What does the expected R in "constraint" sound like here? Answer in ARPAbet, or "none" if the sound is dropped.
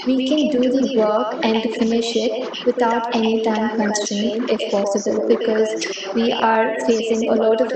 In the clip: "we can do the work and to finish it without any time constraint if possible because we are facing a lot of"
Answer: none